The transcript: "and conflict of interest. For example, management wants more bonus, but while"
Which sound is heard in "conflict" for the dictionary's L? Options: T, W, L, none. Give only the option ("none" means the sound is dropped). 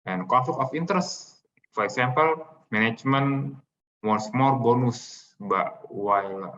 none